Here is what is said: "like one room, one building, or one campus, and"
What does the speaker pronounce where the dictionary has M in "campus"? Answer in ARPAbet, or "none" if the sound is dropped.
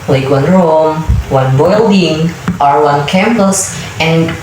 M